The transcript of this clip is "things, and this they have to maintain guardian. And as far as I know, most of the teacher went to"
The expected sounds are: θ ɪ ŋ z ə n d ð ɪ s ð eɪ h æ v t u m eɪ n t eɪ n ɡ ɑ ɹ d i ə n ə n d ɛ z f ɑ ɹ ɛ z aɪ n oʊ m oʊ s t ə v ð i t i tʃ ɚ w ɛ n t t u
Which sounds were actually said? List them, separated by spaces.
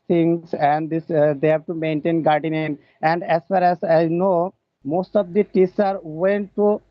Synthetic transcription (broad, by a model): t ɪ ŋ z ə n d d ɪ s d eɪ h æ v t u m eɪ n t eɪ n ɡ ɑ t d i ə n ə n d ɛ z f ɑ ɹ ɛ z aɪ n oʊ m oʊ s t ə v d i t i s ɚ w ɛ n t t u